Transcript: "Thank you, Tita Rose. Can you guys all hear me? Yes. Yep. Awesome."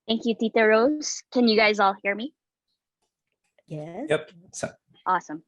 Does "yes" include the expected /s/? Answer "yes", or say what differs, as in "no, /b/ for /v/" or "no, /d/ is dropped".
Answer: no, /s/ is dropped